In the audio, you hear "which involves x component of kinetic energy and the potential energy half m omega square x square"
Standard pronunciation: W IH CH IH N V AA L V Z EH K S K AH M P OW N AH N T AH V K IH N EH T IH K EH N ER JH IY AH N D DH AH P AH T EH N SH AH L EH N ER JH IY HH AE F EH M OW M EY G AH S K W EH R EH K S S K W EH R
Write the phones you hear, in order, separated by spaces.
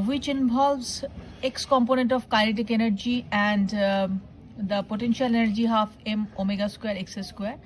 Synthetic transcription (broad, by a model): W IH CH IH N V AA L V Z EH K S K AH M P OW N AH N T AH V K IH L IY T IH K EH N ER JH IY AH N D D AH P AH T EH N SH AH L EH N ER JH IY HH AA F EH M OW M EY G AH S K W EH R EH K S S K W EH R